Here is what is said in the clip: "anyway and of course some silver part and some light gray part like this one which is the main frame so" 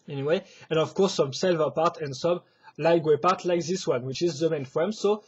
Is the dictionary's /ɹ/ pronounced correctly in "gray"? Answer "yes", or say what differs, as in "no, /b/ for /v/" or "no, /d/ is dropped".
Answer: no, /w/ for /ɹ/